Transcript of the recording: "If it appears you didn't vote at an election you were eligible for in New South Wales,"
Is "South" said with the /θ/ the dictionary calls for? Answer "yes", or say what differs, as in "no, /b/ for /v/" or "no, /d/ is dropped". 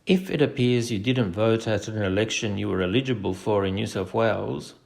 no, /f/ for /θ/